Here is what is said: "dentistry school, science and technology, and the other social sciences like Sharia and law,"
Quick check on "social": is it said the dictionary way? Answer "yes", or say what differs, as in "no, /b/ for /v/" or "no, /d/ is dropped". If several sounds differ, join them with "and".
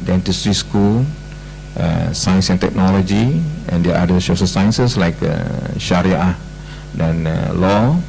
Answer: no, /s/ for /ʃ/